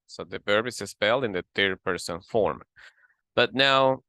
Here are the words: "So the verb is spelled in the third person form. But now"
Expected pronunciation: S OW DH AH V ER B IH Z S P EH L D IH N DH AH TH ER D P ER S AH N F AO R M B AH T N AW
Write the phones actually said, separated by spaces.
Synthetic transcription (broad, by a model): S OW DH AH P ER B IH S S P EH L D IH N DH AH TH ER P ER S AH N F AO R M B AH T N AW